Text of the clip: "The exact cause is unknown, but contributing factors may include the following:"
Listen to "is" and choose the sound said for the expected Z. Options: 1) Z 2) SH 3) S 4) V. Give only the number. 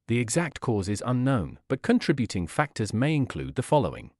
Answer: 1